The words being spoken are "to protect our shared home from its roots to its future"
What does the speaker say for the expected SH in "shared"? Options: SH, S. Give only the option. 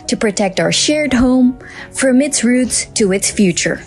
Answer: SH